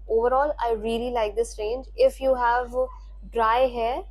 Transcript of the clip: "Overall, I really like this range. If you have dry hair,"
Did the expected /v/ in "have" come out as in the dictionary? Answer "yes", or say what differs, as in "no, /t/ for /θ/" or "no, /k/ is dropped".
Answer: yes